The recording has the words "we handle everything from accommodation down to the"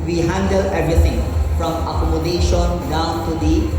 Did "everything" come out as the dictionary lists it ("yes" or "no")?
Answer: no